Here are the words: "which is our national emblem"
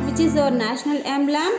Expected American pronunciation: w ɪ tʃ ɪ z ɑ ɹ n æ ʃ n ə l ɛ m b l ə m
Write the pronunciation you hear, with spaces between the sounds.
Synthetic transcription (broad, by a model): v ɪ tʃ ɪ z ɑ ɹ n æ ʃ n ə l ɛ m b l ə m